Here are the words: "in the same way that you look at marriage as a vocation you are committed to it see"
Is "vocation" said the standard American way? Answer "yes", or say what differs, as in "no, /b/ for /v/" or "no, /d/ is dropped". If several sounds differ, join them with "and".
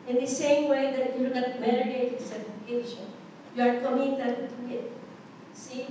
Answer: no, /f/ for /v/